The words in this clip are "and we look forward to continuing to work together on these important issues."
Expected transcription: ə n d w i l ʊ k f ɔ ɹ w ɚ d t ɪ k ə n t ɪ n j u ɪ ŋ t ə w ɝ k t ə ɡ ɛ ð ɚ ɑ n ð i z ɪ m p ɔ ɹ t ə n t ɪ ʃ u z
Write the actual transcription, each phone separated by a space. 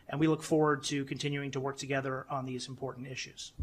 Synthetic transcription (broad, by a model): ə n w i l ʊ k f ɔ ɹ w ɚ d t ɪ k n t ɪ n j u ɪ ŋ t ə w ɝ k t ə ɡ ɛ ð ɚ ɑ n ð i z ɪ m p ɔ ɹ t n t ɪ ʃ u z